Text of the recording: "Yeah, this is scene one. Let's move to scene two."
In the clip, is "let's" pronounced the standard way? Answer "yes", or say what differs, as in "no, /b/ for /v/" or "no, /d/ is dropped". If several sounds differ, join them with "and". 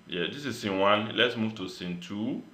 yes